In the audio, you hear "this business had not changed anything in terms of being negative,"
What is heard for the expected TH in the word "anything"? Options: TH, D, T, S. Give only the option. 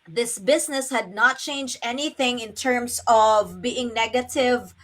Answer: TH